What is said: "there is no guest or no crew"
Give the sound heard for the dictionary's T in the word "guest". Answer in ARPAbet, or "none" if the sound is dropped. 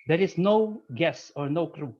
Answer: none